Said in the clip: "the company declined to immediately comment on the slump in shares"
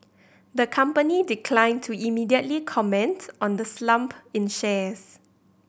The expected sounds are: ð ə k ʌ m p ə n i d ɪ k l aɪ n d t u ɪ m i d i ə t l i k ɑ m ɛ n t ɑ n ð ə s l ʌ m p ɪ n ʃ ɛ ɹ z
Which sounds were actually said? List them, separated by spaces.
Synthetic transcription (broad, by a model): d ə k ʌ m p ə n i d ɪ k l aɪ n t u ɪ m i d i ə t l i k ɑ m ɛ n t ɑ n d ə s l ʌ m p ɪ n ʃ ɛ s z